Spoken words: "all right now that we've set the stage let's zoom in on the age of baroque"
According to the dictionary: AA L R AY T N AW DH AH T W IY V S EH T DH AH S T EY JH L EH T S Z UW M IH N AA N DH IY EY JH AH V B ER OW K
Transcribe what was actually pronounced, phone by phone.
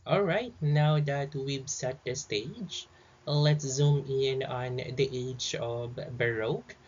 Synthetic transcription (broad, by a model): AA L R AY T N AW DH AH T W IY B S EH T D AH S T EY JH L EH T S Z UW M IH N AA N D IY EY JH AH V B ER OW K